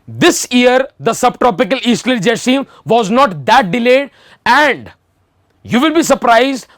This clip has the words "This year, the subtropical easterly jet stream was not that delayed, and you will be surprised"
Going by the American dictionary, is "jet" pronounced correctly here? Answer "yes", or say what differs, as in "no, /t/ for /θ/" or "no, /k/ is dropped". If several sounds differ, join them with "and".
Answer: yes